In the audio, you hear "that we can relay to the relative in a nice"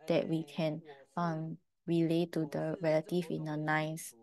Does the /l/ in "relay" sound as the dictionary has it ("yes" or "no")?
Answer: yes